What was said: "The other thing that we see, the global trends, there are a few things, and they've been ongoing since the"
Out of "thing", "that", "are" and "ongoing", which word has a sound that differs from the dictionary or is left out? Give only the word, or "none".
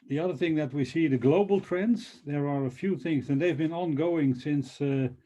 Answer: none